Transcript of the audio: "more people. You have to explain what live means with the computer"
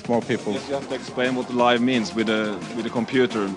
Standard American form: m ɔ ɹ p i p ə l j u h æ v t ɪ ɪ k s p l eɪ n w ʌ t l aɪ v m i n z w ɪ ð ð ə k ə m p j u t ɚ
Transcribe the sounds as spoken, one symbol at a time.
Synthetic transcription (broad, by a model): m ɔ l p i p ə l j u h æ f t ɪ ɪ k s p l eɪ n w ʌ t l aɪ v m i n z w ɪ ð ð ə k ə m p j u t ɚ